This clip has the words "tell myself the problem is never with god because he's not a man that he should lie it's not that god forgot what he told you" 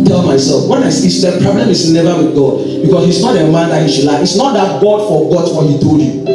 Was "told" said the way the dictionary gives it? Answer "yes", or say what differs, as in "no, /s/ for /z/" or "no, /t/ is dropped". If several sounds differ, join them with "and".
no, /l/ is dropped